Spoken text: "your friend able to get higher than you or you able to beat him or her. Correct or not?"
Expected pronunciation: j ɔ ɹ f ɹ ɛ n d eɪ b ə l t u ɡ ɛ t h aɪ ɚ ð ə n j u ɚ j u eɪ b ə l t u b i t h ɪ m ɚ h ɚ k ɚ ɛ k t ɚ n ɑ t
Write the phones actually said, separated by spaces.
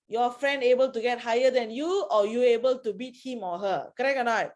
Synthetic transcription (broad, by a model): j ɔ f ɹ ɛ n d eɪ b ə l t u ɡ ɛ t h aɪ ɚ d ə n j u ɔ j u eɪ b ə l t u b i t h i m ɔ h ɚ k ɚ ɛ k ɚ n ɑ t